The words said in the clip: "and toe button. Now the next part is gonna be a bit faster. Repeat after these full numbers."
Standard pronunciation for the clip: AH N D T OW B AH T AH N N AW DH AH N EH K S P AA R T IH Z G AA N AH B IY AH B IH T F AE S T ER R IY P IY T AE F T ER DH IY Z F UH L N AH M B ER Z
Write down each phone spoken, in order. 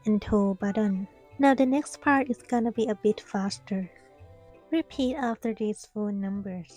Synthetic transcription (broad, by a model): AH N T OW B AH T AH N N AW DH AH N EH K S P AA R T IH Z G AA N AH B IY AH B IH T F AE S T ER R IY P IY T AE F T ER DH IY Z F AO N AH M B ER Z